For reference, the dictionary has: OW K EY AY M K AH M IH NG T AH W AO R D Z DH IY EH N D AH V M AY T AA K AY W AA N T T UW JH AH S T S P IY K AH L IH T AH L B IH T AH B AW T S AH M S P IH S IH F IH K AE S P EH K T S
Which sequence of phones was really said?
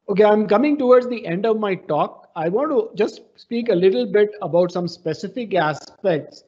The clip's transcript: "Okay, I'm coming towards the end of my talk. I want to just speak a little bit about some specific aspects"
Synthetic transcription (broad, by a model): OW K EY AY M K AH M IH NG T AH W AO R D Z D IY EH N D AH V M AY T AA K AY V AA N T T UW JH AH S T S P IY K AH L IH T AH L B IH T AH B AW T S AH M S P IH S IH F IH K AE S P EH K T S